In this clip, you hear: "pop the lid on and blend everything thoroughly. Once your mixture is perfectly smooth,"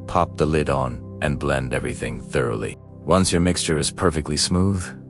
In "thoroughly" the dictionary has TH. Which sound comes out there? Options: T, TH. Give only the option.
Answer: TH